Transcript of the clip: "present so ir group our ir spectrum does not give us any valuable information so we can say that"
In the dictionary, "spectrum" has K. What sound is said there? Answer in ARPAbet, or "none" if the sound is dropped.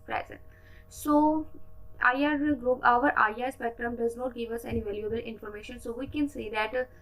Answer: none